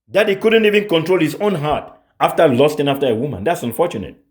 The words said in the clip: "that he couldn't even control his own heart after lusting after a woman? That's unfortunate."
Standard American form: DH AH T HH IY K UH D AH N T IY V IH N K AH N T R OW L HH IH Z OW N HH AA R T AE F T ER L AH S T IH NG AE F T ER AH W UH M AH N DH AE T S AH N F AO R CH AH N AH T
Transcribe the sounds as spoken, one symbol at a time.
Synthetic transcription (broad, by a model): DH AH T HH IY K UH D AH N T IY V IH N K AH N T R OW L HH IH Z OW N HH AA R T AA F T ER L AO S T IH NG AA F T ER AH W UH M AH N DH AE T S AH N F AO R CH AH N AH T